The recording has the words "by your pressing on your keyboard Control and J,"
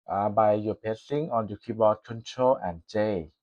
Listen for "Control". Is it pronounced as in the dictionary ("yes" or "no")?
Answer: yes